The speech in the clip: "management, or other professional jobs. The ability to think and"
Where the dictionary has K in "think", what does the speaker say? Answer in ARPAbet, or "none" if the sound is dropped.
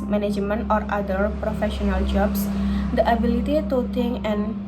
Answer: none